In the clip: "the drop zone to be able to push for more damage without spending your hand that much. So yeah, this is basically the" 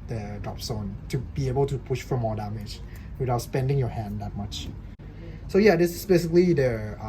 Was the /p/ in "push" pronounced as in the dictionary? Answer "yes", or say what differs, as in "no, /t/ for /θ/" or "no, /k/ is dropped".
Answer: yes